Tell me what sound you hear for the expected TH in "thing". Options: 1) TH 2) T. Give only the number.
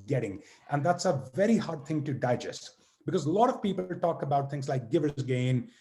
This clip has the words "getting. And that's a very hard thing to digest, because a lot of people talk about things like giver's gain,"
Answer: 1